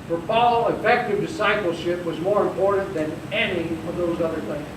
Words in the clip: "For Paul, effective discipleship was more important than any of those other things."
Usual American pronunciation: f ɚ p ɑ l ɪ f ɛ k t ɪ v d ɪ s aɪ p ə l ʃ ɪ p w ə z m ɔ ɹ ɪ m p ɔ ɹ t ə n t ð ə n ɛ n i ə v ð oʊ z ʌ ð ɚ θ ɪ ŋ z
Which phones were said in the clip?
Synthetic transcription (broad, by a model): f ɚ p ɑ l ɪ f ɛ k t ɪ v d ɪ s aɪ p l ʃ ɪ p w ə z m ɔ ɹ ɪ m p ɔ ɹ t n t ð ə n ɛ n i ə v ð oʊ z ʌ ð ɚ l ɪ